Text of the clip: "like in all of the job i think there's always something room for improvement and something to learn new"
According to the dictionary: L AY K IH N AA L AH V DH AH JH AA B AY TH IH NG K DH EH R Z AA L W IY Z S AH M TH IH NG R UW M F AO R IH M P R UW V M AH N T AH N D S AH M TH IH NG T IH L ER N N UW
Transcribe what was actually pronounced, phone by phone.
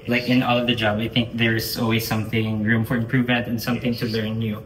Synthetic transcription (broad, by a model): L AY K IH N AA L AH V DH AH JH AA B AY TH IH NG K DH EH R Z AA L W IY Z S AH M TH IH NG R UW M F AO R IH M P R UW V AH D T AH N S AH M TH IH NG T IH L ER N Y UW